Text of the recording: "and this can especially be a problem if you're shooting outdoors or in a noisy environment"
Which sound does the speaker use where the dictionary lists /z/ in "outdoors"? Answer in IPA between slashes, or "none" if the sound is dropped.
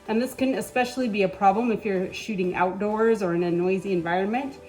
/z/